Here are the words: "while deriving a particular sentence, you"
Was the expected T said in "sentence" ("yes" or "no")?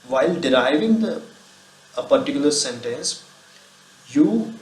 yes